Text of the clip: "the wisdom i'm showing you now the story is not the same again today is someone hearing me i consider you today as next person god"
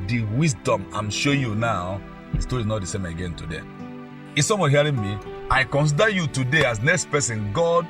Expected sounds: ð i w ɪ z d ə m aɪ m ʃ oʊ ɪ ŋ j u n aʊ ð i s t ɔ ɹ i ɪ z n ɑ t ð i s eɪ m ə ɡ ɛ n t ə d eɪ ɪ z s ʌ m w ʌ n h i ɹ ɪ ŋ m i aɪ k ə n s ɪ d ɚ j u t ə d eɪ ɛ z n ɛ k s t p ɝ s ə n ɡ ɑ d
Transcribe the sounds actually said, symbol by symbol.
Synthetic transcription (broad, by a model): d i w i s d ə m aɪ m ʃ oʊ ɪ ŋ j u n aʊ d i s t ɔ ɹ i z n ɑ t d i s eɪ m ə ɡ ɛ n t ə d eɪ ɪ s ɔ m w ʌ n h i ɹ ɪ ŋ m i aɪ k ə n s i d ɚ j u t ə d eɪ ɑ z n ɛ k s t p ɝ s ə n ɡ ɑ d